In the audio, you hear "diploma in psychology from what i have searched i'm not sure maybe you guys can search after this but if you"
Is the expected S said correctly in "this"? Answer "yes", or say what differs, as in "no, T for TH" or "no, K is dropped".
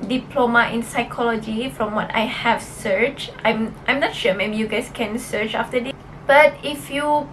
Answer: no, S is dropped